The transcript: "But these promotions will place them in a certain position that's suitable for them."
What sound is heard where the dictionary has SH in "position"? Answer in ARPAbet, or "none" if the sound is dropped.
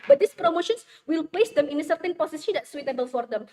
S